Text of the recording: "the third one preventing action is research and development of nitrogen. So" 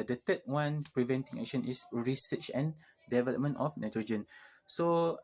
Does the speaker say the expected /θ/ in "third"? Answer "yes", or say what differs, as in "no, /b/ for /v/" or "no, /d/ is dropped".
no, /t/ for /θ/